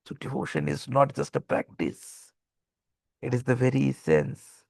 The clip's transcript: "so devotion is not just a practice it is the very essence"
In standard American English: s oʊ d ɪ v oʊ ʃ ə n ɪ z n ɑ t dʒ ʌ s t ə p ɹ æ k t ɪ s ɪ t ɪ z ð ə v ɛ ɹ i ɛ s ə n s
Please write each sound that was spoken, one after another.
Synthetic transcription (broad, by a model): s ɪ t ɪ oʊ ʃ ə n ɪ z n ɑ t dʒ ʌ s t ə p ɹ æ k t ɪ s ɪ t ɪ z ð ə v ɛ ɹ i s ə n s